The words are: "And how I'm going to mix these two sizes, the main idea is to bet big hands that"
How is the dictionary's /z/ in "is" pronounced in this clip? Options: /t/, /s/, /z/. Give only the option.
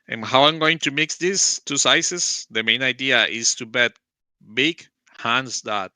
/s/